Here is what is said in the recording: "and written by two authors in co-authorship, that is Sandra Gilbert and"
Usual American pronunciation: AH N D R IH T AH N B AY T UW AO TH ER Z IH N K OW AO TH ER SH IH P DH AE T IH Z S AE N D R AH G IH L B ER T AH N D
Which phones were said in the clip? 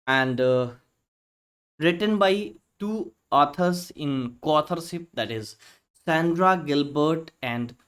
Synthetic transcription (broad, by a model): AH N D R IH T AH N B AY T UW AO T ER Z IH N K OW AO T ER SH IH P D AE T IH Z S AE N D R AH G IH L B ER T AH N D